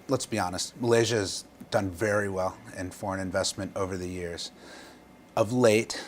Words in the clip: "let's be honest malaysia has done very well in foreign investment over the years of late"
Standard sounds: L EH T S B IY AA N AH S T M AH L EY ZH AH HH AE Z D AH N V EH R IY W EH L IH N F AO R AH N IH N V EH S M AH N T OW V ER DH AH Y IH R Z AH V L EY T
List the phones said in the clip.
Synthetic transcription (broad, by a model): L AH T S B IY AA N AH S T M AH L EY ZH AH Z D AH N V EH R IY W EH L IH N F AO R AH N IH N V EH S M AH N T OW V ER DH AH Y IH R Z AH V L EY T